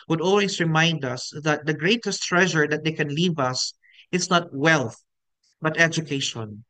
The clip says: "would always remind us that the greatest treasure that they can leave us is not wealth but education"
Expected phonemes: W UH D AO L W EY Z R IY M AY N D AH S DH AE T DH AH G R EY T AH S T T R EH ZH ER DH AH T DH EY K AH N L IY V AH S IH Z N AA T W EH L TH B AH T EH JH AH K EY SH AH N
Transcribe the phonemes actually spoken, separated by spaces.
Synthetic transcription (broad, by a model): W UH D AO L W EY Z R IY M AY N D AH S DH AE T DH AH G R EY T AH S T T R EH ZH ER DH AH T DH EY K AH N L IY V AH S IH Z N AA T W EH L TH B AH T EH JH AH K EY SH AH N